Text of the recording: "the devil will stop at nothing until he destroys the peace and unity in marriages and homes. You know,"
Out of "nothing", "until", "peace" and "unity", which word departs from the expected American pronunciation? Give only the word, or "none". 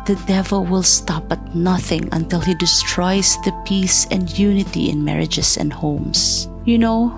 none